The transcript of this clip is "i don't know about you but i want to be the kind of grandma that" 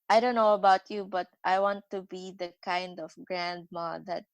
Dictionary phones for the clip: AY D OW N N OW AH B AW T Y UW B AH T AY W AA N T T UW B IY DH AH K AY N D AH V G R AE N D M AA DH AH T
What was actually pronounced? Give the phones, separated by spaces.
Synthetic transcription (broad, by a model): AY D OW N N OW AH B AW T Y UW B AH T AY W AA N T T UW B IY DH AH K AY N D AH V G R AE N D M AA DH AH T